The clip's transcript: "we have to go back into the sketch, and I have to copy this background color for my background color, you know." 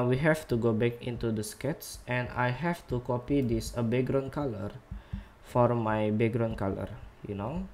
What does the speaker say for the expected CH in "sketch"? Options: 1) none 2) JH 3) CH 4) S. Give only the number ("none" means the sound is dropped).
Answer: 4